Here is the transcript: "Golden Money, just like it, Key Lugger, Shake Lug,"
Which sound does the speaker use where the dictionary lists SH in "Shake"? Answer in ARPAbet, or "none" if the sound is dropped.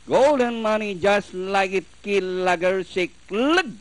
S